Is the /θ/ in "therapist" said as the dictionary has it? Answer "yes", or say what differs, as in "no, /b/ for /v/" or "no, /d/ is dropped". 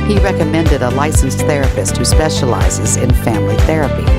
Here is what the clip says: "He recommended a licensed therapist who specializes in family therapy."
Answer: yes